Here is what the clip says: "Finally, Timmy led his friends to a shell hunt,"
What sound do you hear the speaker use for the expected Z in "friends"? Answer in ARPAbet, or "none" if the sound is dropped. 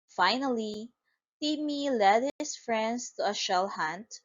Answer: S